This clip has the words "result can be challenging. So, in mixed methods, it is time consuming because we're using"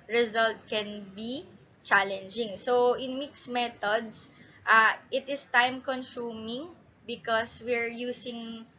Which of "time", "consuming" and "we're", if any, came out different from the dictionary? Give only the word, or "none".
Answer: none